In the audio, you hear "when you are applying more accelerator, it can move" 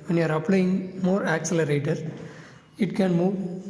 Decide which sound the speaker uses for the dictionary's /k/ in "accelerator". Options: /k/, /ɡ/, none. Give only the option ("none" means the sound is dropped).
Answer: /k/